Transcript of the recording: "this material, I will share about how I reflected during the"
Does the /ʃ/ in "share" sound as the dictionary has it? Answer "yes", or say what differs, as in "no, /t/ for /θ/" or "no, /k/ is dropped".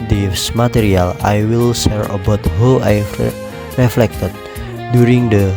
no, /s/ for /ʃ/